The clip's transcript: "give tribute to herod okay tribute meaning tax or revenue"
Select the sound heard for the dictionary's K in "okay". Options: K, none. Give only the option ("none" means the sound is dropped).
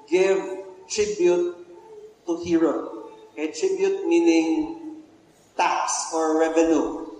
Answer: none